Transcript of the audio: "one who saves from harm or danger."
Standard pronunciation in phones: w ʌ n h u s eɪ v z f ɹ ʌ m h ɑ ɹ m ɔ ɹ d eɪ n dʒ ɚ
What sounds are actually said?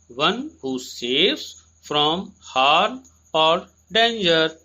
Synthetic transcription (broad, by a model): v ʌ n h u s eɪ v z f ɹ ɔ m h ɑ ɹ ɔ ɹ d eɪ n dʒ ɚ